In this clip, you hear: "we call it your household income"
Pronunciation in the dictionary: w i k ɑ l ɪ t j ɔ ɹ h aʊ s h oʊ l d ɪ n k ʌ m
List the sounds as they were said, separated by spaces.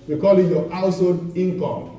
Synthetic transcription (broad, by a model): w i k ɑ l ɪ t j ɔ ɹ aʊ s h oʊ d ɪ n k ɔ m